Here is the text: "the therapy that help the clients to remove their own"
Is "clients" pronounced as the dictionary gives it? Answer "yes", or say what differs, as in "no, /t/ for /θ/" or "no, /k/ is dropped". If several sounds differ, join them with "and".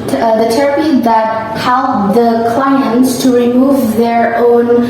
yes